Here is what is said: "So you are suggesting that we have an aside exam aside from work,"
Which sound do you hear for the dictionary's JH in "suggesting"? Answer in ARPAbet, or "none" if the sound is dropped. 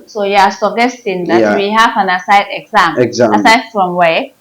none